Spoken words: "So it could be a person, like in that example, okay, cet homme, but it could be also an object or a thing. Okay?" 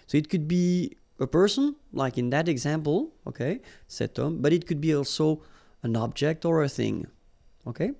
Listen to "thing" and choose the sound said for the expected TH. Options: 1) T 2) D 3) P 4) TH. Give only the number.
4